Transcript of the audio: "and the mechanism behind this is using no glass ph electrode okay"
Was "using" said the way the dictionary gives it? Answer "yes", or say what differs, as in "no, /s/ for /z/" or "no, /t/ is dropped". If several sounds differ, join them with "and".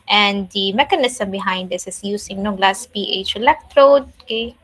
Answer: no, /s/ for /z/